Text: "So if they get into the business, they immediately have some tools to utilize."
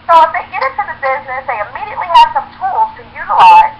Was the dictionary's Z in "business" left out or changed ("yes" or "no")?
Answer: no